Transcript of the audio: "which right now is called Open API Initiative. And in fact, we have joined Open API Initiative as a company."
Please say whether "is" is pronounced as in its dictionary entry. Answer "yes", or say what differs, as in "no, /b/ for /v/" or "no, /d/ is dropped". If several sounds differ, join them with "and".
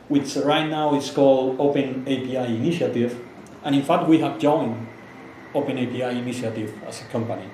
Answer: no, /s/ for /z/